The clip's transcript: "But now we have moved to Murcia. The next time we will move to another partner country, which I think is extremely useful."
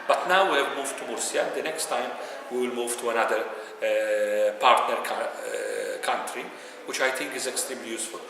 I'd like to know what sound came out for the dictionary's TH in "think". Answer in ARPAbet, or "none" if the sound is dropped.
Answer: T